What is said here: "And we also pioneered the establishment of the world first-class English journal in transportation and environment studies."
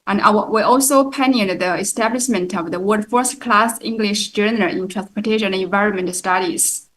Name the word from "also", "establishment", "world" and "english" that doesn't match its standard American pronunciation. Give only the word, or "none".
world